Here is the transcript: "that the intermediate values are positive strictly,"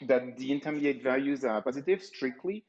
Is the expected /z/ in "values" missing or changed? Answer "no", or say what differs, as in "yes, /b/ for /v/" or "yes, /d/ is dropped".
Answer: no